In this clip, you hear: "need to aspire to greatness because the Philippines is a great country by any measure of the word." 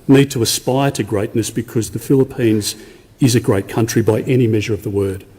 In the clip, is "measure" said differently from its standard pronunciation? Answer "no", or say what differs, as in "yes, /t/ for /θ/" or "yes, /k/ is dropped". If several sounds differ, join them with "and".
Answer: no